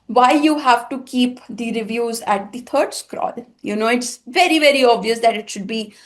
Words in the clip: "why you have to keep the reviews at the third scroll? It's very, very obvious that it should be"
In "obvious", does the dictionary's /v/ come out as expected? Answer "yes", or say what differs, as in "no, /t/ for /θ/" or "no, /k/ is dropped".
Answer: yes